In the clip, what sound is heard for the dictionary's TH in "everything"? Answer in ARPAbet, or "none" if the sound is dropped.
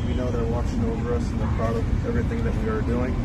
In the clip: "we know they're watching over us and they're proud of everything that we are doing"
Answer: TH